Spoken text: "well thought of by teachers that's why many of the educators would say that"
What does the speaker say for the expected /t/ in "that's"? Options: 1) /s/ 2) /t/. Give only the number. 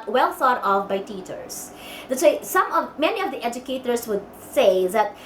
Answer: 1